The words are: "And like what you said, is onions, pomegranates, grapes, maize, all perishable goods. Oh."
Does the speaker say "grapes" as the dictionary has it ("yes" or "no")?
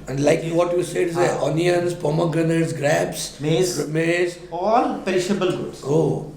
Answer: no